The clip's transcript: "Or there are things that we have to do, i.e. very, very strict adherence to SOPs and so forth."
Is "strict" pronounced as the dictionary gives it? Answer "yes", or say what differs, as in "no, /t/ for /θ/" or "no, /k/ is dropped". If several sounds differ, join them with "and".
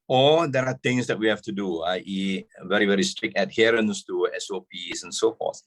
yes